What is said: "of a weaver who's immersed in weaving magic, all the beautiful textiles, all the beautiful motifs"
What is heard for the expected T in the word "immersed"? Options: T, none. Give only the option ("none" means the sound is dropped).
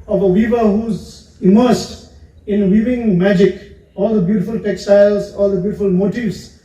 T